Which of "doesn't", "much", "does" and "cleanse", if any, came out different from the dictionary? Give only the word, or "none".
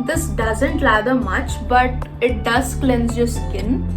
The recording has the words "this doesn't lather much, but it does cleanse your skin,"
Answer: none